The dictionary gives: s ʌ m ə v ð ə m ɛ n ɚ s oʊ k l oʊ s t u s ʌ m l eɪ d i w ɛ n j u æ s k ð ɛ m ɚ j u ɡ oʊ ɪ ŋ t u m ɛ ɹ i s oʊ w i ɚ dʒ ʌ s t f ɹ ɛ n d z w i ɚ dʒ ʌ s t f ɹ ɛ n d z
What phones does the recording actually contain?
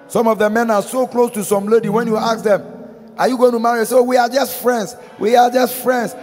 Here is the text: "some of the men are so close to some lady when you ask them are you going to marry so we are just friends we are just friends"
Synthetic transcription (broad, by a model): s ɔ m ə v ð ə m ɛ n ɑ s oʊ k l oʊ s t u s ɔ m l eɪ d i w ɛ n j u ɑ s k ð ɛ m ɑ j u ɡ oʊ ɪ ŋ t u m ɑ ɹ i s oʊ w i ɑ dʒ ʌ s t f ɹ ɛ n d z w i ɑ dʒ ʌ s t f ɹ ɛ n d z